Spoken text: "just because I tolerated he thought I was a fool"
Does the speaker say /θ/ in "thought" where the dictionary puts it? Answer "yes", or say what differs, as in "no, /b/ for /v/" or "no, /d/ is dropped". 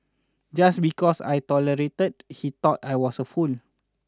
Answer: no, /t/ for /θ/